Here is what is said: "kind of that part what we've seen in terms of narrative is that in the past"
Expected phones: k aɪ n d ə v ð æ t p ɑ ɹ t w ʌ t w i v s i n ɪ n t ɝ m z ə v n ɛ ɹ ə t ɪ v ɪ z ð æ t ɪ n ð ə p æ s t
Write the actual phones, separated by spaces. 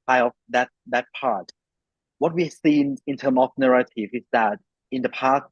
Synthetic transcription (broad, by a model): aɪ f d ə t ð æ t p ɑ ɹ t w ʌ t w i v s i n ɪ n t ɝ m ə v n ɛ ɹ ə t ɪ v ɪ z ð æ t ɪ n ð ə p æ s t